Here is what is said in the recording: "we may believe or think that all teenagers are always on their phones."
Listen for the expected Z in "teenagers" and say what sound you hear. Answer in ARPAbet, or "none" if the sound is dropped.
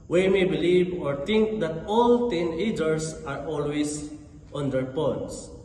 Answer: S